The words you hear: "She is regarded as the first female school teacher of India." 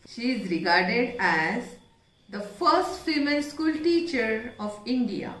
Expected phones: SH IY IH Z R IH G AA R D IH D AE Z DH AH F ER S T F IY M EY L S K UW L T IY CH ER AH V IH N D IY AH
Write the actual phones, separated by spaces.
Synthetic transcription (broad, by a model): SH IY IH Z R IH G AA R D IH D AE Z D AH F ER S T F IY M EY N S K UW L T IY CH ER AH V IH N D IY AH